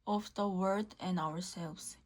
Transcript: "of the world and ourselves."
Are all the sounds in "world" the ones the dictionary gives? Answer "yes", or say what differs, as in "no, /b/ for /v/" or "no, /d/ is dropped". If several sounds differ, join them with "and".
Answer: no, /l/ is dropped